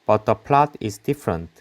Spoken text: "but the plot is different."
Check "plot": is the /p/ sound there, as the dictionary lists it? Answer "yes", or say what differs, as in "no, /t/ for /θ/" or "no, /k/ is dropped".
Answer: yes